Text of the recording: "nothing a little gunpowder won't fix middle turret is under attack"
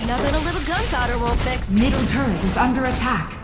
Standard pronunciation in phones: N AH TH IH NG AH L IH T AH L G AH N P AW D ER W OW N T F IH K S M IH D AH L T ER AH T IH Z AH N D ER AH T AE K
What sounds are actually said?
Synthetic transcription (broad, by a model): N AH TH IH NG AH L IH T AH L G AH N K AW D ER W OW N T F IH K M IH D L T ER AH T IH Z AH N D ER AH T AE K